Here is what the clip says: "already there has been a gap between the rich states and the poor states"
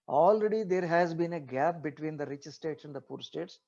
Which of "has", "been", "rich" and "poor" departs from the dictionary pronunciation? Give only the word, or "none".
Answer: none